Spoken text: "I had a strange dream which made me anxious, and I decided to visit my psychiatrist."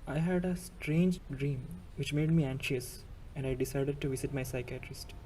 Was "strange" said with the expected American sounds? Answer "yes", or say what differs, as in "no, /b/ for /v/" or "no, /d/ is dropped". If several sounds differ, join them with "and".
yes